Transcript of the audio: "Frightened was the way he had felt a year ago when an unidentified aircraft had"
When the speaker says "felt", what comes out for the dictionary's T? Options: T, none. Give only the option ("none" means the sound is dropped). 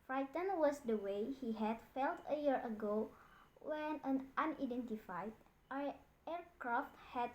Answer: T